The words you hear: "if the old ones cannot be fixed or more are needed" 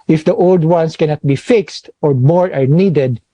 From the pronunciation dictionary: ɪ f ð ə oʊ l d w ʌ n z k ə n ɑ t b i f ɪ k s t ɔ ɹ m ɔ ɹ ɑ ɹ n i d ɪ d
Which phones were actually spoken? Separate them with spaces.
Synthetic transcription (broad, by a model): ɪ f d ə oʊ l d w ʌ n s k ə n ɑ t b i f ɪ k s t ɔ ɹ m ɔ ɹ ɑ ɹ n i d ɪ d